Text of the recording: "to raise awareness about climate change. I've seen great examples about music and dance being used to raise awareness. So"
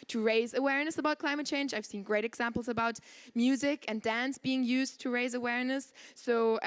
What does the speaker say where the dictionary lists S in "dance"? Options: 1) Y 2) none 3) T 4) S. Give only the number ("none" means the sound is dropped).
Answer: 4